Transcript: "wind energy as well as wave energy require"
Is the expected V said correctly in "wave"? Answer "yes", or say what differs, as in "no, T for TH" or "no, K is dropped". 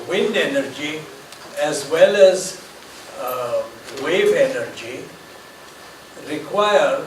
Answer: yes